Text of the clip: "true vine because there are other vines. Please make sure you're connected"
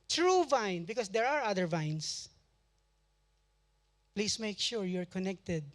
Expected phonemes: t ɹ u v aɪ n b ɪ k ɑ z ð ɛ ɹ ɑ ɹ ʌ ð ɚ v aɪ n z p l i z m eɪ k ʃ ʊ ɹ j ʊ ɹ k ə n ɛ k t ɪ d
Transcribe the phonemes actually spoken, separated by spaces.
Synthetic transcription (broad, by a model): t ɹ u v aɪ n b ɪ k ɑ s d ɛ ɹ ɑ ɹ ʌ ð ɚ v aɪ n s p l i s m eɪ k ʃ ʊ ɹ j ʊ ɹ k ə n ɛ k t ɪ d